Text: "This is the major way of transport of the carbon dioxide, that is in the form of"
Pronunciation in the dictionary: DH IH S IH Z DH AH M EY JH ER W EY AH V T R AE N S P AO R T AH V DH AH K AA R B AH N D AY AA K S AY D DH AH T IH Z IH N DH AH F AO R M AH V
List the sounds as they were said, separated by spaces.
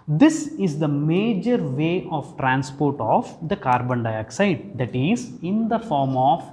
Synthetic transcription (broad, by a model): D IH S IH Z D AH M EY JH ER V EY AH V T R AE N S P AO R T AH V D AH K AA R B AH N D AY AA K S AY D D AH T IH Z IH N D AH F AO R M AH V